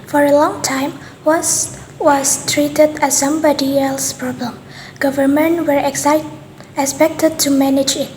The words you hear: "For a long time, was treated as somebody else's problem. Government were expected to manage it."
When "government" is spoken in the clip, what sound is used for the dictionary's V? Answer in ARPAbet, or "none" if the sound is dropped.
V